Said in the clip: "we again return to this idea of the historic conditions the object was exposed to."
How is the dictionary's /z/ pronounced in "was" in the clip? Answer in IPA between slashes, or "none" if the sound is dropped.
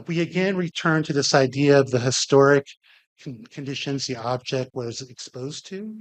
/z/